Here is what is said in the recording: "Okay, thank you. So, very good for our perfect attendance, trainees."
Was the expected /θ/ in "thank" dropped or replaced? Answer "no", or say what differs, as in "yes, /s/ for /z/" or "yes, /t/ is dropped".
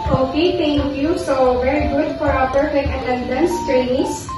yes, /t/ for /θ/